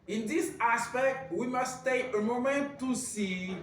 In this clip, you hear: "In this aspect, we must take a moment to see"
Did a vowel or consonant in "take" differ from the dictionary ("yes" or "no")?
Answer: yes